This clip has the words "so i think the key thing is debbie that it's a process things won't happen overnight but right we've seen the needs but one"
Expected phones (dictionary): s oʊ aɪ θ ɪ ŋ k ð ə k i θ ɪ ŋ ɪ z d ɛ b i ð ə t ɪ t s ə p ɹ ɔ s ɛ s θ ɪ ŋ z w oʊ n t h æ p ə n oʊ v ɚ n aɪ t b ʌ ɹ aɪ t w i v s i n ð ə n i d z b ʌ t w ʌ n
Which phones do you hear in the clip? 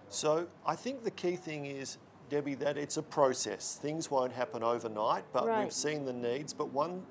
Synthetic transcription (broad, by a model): s oʊ aɪ θ ɪ ŋ k ð ə k i θ ɪ ŋ ɪ z d ɛ b i ð ə t ɪ t s ə p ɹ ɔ s ɛ s θ ɪ ŋ z w oʊ n t h æ p ə n oʊ v ɚ n aɪ t b ʌ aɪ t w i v s i n ð ə n i d z b ʌ t w ʌ n